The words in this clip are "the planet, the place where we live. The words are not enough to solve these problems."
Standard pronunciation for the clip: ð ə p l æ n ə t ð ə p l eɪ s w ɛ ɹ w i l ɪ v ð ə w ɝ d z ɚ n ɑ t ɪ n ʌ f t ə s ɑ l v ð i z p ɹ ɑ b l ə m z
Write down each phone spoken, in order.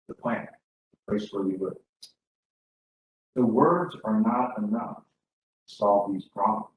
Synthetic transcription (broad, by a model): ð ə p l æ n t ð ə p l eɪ s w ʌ ɹ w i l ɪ ð ə w ɝ d z ɚ n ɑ t ɪ n ʌ f t ə s ɑ l v ð i z p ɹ ɑ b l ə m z